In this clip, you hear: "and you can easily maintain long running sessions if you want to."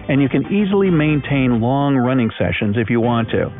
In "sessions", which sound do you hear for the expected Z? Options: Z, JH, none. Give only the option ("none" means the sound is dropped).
Z